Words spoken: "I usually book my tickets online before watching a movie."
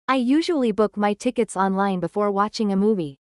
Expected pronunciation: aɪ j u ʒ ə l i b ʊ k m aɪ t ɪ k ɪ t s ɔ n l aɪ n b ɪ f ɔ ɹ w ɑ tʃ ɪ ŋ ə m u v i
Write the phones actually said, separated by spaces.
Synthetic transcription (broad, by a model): aɪ j u ʒ ə l i b ʊ k m aɪ t ɪ k ɪ t s ɔ n l aɪ n b ɪ f ɔ ɹ w ɑ tʃ ɪ ŋ ə m u v i